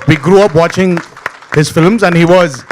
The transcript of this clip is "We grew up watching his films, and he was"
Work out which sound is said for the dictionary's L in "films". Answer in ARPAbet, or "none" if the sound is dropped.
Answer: L